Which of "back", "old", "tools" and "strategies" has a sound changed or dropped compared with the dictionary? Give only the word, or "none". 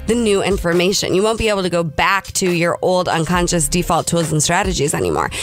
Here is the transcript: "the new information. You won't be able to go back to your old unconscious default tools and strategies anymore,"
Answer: none